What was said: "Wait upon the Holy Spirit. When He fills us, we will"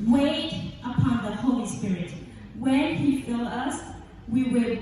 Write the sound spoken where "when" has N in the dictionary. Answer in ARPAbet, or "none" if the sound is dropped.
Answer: N